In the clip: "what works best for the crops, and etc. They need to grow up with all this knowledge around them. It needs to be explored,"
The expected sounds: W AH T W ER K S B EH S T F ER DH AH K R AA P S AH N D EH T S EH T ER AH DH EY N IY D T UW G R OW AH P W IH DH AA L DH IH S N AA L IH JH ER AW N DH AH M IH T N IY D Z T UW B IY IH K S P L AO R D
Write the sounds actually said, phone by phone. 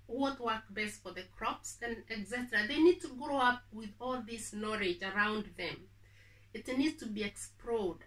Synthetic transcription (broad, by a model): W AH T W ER K B EH S T F ER DH AH K R AA P S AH N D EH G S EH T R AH DH EY N IY D T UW G R OW AH P W IH DH AA L DH IH S N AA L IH JH ER AW N DH AH M IH T N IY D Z T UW B IY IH K S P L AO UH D